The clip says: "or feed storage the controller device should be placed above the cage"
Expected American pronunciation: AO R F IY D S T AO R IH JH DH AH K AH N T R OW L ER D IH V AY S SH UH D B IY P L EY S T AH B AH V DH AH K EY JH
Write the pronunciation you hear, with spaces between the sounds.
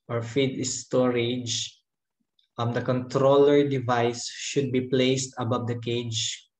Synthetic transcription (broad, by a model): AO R F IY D S T AO R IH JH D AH K AH N T R OW L ER D IH V AY S SH UH D B IY P L EY S T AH B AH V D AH K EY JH